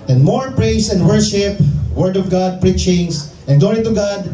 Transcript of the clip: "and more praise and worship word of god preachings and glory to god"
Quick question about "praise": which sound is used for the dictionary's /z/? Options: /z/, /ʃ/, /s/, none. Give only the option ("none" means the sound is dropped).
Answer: /s/